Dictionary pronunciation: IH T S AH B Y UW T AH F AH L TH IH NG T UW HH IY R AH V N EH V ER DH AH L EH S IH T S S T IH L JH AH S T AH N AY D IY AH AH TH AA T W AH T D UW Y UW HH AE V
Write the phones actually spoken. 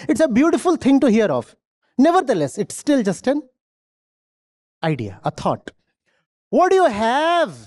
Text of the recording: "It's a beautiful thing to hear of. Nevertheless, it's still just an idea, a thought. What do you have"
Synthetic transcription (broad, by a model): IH T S AH B Y UW T AH F AH L T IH NG T UW HH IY R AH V N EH V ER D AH L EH S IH T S S T IH L JH AH S T AH N AY D IY AH AH T AA T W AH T D UW Y UW HH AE V